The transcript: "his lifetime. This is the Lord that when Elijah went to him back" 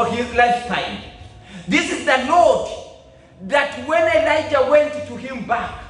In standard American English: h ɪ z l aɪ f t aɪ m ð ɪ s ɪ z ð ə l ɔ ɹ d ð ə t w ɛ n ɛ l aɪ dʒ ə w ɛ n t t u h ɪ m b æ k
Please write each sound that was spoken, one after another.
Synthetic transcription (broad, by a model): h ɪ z l aɪ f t aɪ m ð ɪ s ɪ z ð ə n ɔ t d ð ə t w ɛ n ɛ l aɪ dʒ ə w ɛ n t t u h ɪ m b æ k